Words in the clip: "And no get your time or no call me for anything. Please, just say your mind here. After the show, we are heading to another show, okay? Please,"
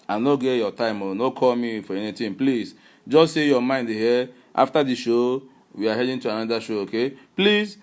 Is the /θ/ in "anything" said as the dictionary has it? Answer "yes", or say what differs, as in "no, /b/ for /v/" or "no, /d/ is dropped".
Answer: no, /t/ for /θ/